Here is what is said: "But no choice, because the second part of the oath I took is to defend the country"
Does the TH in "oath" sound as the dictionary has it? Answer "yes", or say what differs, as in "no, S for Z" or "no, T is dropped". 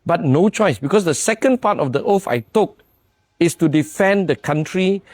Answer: no, F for TH